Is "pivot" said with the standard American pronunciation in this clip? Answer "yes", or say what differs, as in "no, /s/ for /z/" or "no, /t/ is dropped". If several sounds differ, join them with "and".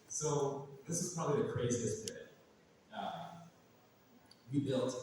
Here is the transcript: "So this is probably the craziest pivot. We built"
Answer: no, /v/ is dropped